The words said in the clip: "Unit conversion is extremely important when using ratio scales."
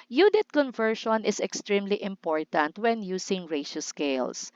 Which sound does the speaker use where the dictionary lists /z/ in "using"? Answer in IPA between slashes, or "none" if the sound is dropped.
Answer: /s/